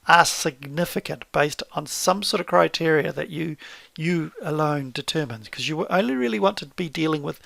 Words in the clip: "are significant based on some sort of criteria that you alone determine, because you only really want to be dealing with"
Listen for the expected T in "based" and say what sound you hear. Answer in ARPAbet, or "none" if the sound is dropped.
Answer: T